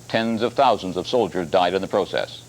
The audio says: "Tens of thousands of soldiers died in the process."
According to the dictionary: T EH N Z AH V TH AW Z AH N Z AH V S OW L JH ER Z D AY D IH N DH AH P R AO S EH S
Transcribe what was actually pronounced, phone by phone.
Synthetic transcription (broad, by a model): T EH N Z AH V TH AW Z AH N Z AH V S OW L JH ER Z D AY D IH N DH AH P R AO S EH S